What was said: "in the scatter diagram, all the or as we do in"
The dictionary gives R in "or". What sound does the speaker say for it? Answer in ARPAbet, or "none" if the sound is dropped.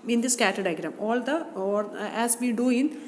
L